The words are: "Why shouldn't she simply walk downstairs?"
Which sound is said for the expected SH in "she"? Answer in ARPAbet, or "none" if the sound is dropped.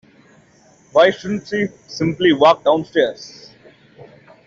S